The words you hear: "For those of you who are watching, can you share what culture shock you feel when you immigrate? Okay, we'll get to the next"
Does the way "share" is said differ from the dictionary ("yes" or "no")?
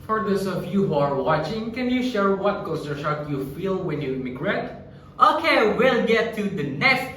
no